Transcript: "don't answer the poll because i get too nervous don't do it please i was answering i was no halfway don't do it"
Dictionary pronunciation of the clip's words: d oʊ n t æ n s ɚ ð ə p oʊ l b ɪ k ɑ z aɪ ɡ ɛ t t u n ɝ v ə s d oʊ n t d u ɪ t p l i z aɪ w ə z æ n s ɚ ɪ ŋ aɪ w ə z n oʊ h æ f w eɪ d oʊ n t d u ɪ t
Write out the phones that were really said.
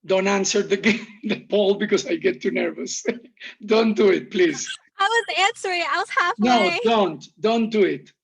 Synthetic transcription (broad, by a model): d oʊ n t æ n s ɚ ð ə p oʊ l b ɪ k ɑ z aɪ ɡ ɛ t t u n ɝ v ə s d oʊ n t d u ɪ t p l i z aɪ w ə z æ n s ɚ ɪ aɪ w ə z n oʊ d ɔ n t d oʊ n t d u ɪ t